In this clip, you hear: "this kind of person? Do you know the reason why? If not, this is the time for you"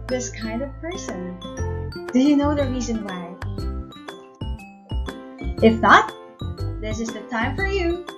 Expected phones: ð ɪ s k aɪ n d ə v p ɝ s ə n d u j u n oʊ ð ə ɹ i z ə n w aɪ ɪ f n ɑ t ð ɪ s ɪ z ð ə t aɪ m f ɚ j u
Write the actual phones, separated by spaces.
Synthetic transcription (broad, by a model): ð ɪ s k aɪ n d ə v p ɝ s ə n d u j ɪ n oʊ ð ə ɹ i z ə n w aɪ ɪ f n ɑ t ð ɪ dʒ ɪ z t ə t aɪ m f ɚ j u